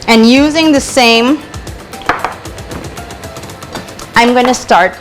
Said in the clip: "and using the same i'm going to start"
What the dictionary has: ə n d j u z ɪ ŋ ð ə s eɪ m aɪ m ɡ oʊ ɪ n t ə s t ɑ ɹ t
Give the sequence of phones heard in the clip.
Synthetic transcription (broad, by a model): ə n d j u z ɪ ŋ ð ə s eɪ m aɪ m ɡ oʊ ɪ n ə s t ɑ ɹ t